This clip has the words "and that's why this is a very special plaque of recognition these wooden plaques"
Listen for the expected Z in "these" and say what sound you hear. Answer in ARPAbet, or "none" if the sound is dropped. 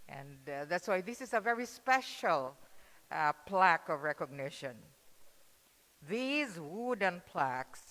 Z